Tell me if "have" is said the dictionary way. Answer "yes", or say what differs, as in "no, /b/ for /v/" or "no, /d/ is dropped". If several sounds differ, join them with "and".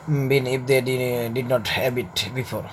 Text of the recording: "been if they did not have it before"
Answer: no, /b/ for /v/